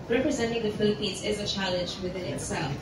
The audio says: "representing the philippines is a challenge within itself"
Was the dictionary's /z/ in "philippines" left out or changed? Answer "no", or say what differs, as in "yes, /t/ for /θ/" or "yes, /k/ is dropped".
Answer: no